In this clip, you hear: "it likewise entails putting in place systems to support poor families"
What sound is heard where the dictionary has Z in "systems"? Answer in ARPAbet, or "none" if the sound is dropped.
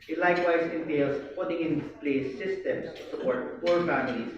none